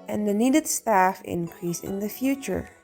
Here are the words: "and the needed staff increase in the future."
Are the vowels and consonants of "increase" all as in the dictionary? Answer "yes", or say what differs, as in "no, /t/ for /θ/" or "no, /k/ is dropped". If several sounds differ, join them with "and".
yes